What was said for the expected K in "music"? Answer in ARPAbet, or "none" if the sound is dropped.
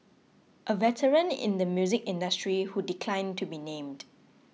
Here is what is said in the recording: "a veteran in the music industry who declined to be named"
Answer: K